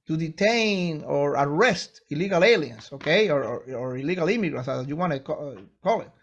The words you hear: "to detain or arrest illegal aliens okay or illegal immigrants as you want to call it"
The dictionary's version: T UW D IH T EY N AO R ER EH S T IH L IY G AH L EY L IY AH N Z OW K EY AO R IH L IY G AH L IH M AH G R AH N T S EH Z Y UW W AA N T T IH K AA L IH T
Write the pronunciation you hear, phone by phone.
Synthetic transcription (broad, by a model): T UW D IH T EY N AO R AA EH S T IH L IY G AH L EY L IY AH N S OW K EY AO R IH L IY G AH L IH M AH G R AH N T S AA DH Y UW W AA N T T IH K AA L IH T